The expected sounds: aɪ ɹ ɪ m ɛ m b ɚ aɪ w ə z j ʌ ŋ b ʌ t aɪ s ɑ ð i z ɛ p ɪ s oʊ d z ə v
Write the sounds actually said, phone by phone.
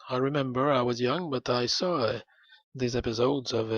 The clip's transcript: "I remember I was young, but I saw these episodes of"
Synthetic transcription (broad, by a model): aɪ ɹ ɪ m ɛ m b ɚ aɪ w ə z j ʌ ŋ b ʌ t aɪ s ɑ ð i z ɛ p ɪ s oʊ d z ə v